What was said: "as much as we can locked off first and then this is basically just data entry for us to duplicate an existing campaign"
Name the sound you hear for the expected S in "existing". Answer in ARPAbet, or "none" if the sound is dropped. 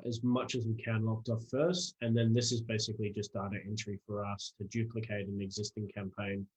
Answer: S